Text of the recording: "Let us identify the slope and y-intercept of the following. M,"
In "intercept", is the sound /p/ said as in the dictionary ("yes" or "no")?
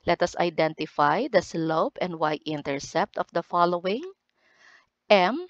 yes